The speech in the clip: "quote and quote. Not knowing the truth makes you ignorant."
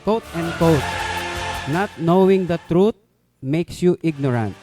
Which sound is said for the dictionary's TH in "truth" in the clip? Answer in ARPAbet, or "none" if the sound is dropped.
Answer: T